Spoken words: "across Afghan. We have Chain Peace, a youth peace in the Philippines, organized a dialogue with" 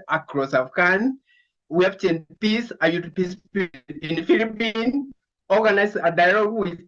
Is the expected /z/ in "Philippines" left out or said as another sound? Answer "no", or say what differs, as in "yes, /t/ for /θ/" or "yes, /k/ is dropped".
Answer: yes, /z/ is dropped